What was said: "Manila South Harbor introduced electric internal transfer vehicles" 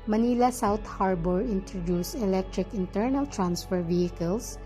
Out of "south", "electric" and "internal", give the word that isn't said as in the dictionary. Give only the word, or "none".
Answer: south